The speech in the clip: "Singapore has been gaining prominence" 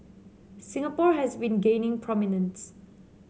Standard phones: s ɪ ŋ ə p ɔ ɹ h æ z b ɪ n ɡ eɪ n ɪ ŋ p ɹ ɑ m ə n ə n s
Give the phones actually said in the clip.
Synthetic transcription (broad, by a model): s ɪ ŋ ə p ɔ ɹ h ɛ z b ɪ n ɡ eɪ n ɪ ŋ p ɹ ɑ m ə n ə n s